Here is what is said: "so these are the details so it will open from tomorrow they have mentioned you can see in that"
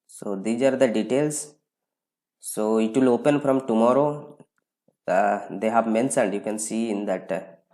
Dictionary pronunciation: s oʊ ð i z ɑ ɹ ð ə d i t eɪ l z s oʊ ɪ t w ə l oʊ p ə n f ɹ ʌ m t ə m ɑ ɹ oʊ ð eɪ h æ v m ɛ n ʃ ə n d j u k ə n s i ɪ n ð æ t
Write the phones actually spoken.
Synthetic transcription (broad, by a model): s oʊ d i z ɑ ɹ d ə d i t eɪ l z s oʊ ɪ t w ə l oʊ p ə n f ɹ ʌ m t ə m ɑ ɹ oʊ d eɪ h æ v m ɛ n s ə n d j u k ə n s i ɪ n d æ t